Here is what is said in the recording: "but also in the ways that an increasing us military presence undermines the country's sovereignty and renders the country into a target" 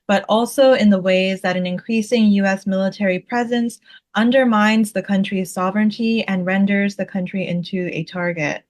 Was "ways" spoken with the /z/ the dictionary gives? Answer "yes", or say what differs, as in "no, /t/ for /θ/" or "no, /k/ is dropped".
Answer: yes